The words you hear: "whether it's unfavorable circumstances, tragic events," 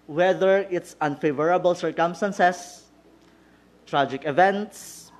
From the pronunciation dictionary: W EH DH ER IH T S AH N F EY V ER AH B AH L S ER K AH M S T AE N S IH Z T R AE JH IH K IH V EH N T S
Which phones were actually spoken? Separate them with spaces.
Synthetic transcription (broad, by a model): W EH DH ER IH T S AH N F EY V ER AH B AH L S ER K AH M S T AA N S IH S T R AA JH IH K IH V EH N T S